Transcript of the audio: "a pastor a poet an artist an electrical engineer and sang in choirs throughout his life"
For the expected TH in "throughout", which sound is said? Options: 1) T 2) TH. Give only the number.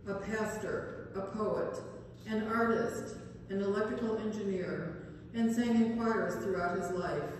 2